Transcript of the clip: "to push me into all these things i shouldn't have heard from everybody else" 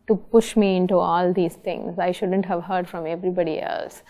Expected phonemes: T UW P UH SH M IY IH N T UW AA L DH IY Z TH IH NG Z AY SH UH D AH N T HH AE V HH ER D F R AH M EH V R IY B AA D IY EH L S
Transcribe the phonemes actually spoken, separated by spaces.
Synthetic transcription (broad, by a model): T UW P UH SH M IY IH N T UW AA L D IY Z T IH NG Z AY SH UH D AH N T HH AE V HH ER D F R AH M EH V R IY B AA D IY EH L S